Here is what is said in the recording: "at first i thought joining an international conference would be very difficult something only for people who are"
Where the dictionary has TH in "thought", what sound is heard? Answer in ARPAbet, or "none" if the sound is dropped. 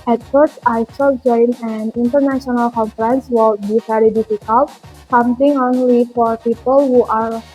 S